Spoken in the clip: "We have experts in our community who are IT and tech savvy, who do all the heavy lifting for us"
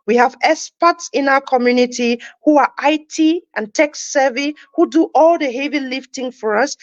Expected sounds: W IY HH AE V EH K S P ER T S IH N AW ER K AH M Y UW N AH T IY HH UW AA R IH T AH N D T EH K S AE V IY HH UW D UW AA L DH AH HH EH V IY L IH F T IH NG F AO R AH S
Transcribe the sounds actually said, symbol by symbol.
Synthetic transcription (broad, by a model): W IY HH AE V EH S P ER T S IH N AW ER K AH M Y UW N AH T IY HH UW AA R IH T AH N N T EH K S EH V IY HH UW D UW AA L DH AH HH EH V IY L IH F T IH NG F AO R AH S